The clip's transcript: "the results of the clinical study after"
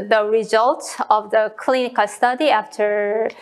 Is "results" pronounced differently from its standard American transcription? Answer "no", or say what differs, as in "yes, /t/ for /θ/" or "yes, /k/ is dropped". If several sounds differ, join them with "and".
yes, /s/ is dropped